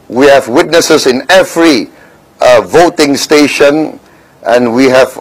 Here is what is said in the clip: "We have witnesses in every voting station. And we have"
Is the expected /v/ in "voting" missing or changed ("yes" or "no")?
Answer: no